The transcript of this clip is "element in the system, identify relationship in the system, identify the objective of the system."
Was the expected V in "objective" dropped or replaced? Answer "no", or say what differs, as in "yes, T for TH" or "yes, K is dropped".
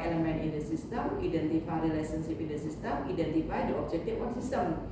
yes, F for V